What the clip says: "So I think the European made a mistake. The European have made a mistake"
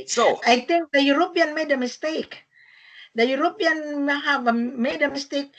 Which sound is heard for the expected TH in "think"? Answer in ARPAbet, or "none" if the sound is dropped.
T